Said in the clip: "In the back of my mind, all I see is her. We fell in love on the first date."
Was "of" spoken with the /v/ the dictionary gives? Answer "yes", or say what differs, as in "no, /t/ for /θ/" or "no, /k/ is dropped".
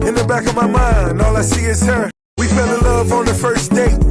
yes